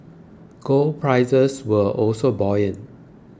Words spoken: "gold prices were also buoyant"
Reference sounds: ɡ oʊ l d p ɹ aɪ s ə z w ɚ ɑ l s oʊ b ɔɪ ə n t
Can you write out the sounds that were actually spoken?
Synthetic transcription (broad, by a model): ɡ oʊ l p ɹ aɪ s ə s w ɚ ɑ l s oʊ b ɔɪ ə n